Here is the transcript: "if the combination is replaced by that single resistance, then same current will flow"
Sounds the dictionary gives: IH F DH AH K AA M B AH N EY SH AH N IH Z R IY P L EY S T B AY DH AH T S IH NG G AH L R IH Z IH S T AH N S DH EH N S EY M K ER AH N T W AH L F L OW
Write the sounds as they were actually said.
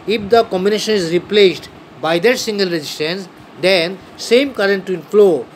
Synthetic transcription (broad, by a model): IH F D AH K AA M B AH N EY SH AH N IH Z R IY P L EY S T B AY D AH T S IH NG G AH L R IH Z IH S T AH N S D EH N S EY M K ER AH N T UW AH N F L OW